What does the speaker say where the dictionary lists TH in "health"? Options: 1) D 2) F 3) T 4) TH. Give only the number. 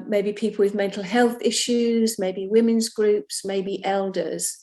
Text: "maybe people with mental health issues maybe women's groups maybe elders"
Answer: 4